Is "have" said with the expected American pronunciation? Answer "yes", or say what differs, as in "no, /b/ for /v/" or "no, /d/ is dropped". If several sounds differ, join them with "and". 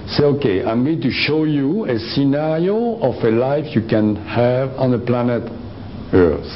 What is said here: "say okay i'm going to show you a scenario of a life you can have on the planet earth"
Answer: yes